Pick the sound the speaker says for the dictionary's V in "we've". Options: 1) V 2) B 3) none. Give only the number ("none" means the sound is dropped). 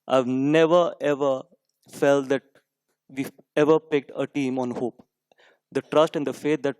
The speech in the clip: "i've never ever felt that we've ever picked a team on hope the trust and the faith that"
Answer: 3